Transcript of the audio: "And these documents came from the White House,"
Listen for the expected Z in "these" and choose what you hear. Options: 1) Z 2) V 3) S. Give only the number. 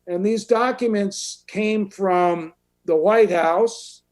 1